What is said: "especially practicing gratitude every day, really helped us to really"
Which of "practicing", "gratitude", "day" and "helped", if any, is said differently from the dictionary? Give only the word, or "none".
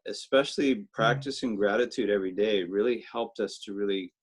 none